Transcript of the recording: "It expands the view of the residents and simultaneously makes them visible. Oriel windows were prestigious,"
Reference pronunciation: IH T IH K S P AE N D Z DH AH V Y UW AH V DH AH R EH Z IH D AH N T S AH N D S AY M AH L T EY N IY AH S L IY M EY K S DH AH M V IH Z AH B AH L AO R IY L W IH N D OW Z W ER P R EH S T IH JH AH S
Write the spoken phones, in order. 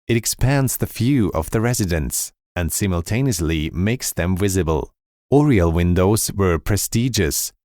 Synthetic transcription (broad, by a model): IH T IH K S P AE N D Z DH AH F Y UW AH V DH AH R EH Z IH D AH N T S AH N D S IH M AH L T EY N IY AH S L IY M EY K S DH AH M V IH Z AH B AH L AO R IY L W IH N D OW Z W ER P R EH S T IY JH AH S